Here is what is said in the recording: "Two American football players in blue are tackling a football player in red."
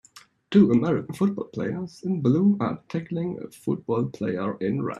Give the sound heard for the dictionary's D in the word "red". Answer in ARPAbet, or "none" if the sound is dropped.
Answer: none